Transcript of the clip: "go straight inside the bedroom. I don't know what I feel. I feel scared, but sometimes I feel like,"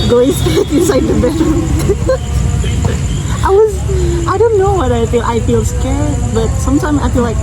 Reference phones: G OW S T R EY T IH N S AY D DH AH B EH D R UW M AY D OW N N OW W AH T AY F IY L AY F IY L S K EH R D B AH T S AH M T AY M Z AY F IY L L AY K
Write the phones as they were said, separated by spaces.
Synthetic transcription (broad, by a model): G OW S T EY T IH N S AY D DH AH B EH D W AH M AY D OW N N OW W AH T AY F IY L AY F IY L S K EH R D B AH T S AH M T AY M Z AY F IY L L AY K